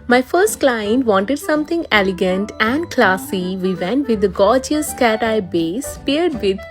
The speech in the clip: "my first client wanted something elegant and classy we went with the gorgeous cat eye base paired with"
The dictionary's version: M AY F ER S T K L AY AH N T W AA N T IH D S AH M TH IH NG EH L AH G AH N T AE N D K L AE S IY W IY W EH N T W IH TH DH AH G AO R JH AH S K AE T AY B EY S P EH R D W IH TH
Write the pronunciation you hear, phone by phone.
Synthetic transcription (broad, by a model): M AY F ER S T K L AY AH N T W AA N T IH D S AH M T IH NG EH L AH G AH N T AE N D K L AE S IY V IY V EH N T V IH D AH G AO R JH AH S K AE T AY B EY S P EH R D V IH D